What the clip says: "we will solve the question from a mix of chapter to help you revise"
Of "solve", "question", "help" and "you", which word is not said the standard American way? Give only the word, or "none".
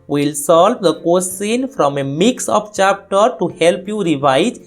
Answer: question